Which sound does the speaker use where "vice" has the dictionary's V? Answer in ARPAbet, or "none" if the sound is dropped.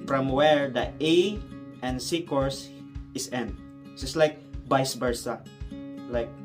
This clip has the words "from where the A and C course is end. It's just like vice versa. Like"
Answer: B